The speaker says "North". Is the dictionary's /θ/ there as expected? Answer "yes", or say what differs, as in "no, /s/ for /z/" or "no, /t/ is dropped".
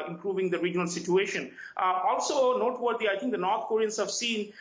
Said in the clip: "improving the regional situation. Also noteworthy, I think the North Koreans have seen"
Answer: no, /t/ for /θ/